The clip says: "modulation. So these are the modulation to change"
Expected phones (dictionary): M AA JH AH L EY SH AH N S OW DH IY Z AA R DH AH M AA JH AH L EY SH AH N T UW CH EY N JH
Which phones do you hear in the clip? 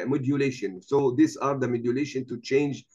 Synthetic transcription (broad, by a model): M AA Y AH L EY SH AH N S OW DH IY S AA R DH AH M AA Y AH L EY SH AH N T UW CH EY N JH